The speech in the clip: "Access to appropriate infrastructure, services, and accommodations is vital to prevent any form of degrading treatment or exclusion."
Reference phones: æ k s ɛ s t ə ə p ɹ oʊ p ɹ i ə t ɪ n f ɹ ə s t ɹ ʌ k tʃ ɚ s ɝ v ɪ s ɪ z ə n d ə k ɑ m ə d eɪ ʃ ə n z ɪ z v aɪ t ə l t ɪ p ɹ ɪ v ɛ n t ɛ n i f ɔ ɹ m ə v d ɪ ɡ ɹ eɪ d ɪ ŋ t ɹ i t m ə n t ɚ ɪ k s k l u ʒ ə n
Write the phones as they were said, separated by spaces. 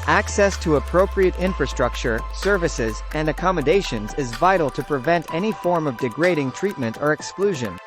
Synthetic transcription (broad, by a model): æ k s ɛ s t ə ə p ɹ oʊ p ɹ i ə t ɪ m f ɹ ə s t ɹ ʌ k tʃ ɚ s ɝ v ɪ s ɪ z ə n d ə k ɑ m ə d eɪ ʃ ə n z ɪ z v aɪ t l t ɪ p ɹ ɪ v ɛ n t ɛ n i f ɔ ɹ m ə v d ɪ ɡ ɹ eɪ d ɪ ŋ t ɹ i t m ə n t ɚ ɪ k s k l u ʒ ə n